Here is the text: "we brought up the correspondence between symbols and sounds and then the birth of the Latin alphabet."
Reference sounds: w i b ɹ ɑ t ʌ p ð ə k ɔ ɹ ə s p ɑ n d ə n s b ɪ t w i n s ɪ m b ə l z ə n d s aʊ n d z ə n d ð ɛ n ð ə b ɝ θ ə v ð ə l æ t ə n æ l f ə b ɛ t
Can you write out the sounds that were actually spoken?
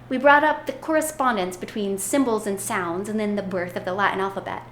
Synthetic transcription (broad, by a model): w i b ɹ ɑ t ʌ p ð ə k ɔ ɹ ə s p ɑ n d ə n s b ɪ t w i n s ɪ m b l z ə n s aʊ n d z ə n ð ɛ n ð ə b ɝ θ ə v ð ə l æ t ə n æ l f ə b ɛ t